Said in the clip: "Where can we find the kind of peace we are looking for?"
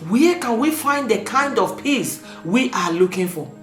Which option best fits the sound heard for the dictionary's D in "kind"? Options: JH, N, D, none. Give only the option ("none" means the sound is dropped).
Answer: D